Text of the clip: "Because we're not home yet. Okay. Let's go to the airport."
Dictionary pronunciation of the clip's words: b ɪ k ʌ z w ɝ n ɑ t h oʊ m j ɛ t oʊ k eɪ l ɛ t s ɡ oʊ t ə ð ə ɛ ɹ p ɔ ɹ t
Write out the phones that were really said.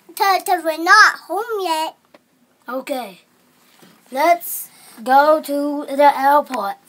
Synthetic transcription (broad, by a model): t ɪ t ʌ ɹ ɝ n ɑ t h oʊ m j ɛ t oʊ k eɪ l ɛ t s ɡ oʊ t ə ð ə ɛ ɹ p ɔ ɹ t